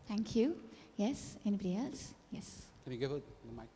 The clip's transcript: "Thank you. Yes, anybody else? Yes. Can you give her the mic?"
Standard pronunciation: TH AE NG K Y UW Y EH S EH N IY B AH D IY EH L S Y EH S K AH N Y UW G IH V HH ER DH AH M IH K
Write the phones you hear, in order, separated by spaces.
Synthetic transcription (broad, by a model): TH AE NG K Y UW Y EH S EH N IY B AH D IY EH L S Y EH S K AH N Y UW G IH V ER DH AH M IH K